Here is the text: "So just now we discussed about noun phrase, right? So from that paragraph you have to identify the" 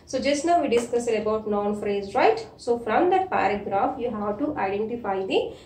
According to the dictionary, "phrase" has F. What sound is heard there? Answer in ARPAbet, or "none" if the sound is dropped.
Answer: F